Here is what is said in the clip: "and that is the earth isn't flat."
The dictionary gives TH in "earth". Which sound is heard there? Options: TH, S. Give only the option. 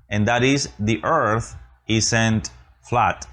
TH